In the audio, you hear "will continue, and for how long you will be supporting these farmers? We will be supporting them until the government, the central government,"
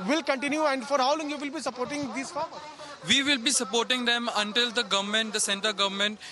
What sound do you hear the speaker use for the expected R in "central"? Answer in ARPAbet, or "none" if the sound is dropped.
none